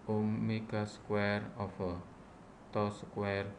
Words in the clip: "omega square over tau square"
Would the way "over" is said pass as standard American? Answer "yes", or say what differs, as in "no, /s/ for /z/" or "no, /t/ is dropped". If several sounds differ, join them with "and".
no, /f/ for /v/